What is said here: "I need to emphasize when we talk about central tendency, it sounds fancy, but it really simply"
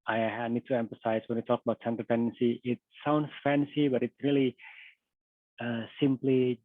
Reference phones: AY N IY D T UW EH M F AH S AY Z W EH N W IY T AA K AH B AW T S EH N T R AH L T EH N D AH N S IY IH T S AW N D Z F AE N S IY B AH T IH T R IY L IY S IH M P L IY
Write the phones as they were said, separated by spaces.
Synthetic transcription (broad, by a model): AY N IY D T UW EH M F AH S AY S W EH N W IY T AA K AH B AW T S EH N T AH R T EH N D AH N S IY IH T S AW N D S F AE N S IY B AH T IH T R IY L IY S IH M P L IY